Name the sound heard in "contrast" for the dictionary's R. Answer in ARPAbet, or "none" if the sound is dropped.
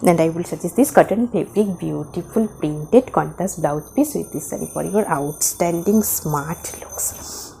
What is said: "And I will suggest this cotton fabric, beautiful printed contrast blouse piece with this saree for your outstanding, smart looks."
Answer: none